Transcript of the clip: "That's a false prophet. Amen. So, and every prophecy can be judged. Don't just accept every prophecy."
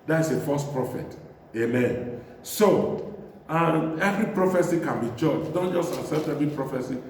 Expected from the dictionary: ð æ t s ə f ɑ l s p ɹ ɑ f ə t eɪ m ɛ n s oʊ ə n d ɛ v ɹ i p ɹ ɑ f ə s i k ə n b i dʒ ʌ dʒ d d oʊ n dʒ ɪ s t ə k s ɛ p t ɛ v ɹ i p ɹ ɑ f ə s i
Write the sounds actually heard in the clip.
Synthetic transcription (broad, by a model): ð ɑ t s ə f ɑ s p ɹ ɑ f ə t eɪ m ɛ n s oʊ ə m ɛ v ɹ i p ɹ ɑ f ə s i k ə n b i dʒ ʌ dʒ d d oʊ n dʒ ɪ s t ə s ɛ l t ɛ v ɹ i p ɹ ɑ f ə s i